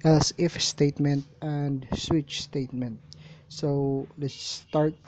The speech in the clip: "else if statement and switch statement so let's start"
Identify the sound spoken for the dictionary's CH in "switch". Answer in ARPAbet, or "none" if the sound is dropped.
CH